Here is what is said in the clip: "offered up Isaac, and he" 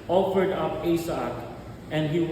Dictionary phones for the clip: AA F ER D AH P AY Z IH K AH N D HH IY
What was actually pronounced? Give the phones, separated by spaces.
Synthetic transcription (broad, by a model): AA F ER D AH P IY S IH K AH N D HH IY